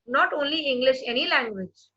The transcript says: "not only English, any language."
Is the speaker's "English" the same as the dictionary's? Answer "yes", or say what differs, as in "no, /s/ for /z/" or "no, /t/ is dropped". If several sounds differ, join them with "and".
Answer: yes